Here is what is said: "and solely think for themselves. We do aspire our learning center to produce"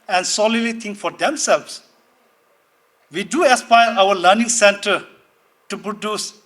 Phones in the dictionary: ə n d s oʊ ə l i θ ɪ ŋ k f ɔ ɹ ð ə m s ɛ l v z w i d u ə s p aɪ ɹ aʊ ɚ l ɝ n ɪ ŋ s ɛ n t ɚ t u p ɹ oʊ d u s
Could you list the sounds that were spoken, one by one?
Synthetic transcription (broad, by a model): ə n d s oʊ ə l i t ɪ ŋ k f ɔ ɹ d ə m s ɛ l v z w i d u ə s p aɪ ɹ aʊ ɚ l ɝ n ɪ ŋ s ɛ n t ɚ t u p ɹ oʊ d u s